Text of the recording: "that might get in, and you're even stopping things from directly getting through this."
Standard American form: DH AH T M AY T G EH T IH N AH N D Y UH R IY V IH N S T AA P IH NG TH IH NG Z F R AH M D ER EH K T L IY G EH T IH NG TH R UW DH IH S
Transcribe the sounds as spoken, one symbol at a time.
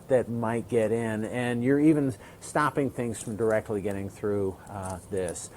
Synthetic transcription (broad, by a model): DH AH T M AY T G EH T IH N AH N Y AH R IY V IH N S T AA P IH NG TH IH NG Z F R AH M D ER EH K T L IY G EH T IH NG TH R UW DH IH S